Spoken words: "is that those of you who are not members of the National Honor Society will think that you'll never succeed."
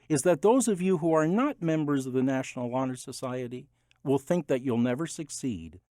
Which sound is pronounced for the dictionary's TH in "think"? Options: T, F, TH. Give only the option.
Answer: TH